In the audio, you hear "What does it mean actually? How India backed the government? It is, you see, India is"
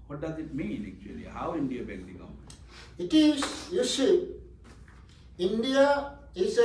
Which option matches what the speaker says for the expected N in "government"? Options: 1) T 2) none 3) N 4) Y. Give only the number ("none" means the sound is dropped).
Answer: 2